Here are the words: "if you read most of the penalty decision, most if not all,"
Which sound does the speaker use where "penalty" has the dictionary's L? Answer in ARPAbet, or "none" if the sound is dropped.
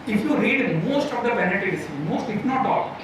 none